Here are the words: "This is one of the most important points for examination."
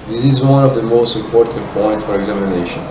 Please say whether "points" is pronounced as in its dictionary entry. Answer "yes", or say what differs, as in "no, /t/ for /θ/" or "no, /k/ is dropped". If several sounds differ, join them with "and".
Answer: no, /s/ is dropped